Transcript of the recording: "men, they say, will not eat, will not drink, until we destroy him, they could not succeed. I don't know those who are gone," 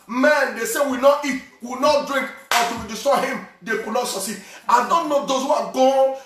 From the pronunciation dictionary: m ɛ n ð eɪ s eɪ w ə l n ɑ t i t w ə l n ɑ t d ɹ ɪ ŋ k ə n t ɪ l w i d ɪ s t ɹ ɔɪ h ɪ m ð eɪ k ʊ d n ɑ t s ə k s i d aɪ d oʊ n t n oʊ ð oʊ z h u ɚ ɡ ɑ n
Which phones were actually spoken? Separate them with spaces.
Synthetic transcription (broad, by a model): m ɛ n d eɪ s eɪ w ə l n ɑ t i t w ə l n ɑ t d ɹ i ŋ k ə t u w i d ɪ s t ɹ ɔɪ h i m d eɪ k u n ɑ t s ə s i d aɪ d oʊ n t n oʊ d oʊ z h u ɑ ɡ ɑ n